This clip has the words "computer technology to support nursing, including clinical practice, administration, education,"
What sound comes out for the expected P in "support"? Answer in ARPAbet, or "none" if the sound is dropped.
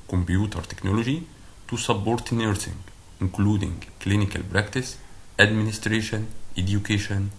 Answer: B